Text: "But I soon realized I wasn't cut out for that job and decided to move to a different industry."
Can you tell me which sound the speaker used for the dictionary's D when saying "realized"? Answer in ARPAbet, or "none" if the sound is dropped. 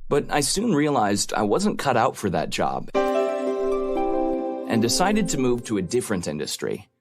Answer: D